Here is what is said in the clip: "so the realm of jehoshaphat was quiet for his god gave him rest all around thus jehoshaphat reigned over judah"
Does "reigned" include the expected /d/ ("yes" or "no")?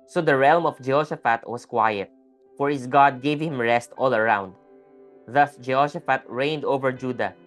yes